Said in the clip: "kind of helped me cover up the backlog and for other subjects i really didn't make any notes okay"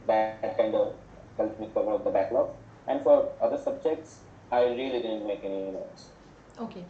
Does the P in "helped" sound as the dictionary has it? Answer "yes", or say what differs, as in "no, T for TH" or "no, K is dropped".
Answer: no, P is dropped